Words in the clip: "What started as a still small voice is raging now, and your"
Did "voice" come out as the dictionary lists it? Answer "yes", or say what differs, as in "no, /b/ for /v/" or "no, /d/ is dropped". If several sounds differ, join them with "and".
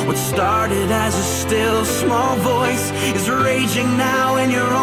yes